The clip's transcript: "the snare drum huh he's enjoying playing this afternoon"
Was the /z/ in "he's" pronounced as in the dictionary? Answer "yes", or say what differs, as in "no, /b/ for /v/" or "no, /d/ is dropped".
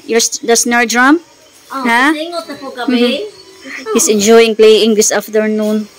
no, /s/ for /z/